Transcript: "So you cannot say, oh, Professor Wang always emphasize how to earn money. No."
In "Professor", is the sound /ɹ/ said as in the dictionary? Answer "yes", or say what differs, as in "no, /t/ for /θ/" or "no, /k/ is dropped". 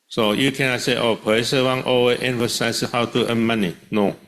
no, /ɹ/ is dropped